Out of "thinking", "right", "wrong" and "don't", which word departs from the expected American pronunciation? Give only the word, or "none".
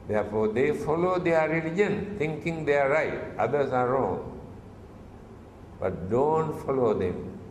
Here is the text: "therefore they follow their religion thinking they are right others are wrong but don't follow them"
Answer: thinking